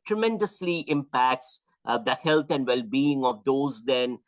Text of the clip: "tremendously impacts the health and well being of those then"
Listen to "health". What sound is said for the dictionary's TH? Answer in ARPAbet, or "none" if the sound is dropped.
T